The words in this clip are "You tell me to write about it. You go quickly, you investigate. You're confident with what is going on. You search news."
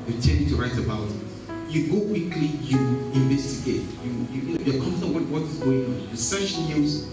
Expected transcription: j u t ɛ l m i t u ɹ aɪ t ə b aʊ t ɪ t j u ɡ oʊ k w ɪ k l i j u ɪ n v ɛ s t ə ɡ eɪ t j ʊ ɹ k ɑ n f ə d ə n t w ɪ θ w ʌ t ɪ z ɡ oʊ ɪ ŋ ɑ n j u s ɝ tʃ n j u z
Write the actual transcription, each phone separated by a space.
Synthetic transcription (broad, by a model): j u t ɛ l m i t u ɹ aɪ t ə b aʊ t ɪ t j u ɡ oʊ k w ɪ k l i j u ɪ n v ɛ s t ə ɡ eɪ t j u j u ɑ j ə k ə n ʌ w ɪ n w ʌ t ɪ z ɡ oʊ ɪ ŋ ɑ n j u s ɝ ʃ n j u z